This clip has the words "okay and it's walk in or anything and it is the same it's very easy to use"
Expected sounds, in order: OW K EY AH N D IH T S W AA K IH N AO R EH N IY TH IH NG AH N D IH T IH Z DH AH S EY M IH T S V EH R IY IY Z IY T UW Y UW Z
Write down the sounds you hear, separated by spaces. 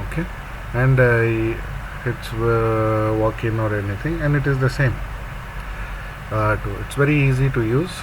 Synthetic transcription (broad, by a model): OW K EY AH N D IH T S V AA K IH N AO R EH N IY T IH NG AH N D IH T IH Z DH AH S EY M IH T S V EH R IY IY Z IY T UW Y UW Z